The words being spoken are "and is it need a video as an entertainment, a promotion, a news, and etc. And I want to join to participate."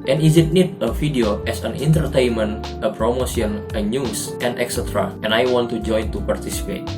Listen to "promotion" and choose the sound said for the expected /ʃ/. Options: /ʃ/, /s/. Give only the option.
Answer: /s/